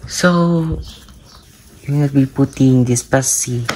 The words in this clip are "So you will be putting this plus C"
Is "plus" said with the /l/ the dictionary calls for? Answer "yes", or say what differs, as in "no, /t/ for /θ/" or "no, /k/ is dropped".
no, /l/ is dropped